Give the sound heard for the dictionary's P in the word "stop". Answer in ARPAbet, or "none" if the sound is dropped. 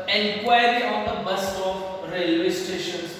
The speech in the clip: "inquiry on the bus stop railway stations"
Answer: F